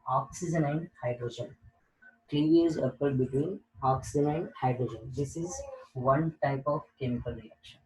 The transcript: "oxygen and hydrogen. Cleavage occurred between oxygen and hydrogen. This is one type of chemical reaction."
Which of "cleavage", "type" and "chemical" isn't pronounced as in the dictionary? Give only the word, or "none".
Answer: cleavage